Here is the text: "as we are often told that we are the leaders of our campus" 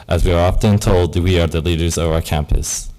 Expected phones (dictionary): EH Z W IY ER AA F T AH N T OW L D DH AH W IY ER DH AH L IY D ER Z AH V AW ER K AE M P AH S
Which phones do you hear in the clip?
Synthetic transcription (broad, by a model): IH Z W IY ER AA F T AH N T OW L D W IY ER DH AH L IY D ER Z AH V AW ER K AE M P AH S